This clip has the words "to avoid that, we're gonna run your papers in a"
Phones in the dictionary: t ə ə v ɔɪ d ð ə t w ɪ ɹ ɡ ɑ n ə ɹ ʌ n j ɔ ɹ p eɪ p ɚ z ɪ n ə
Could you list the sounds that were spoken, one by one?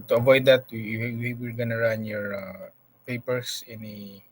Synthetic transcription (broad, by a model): t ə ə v ɔɪ d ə t w ɪ ɹ ɡ ɑ n ə ɹ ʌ n j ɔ ɹ p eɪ p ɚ s ɪ n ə